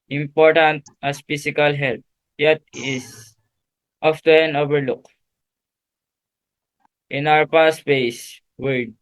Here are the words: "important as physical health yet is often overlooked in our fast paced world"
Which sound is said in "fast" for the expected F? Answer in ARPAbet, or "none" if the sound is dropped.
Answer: P